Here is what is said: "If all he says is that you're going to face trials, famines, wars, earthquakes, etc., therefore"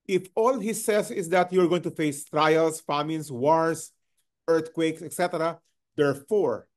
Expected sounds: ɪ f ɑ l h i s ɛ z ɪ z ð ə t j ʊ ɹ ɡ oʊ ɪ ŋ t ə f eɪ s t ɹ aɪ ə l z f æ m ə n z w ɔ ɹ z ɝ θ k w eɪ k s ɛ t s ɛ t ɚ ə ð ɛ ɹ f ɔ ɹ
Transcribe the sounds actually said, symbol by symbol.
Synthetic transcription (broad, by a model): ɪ f ɑ l h i s ɛ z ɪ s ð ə t j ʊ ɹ ɡ oʊ ɪ ŋ t ə f eɪ s t ɹ aɪ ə l s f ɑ m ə n s w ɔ ɹ s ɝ t k w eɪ k s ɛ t s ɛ t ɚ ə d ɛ ɹ f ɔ ɹ